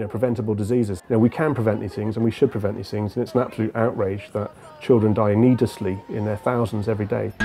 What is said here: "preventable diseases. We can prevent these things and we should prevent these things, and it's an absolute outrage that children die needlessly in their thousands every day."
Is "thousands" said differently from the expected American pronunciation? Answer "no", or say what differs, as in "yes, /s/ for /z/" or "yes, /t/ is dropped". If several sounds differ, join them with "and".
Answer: no